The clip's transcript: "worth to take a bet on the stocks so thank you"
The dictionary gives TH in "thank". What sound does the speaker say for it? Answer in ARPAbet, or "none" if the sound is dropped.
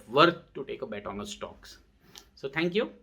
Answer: T